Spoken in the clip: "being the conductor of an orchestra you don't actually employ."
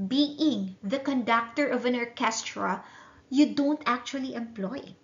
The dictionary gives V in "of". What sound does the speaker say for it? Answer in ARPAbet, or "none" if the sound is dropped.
V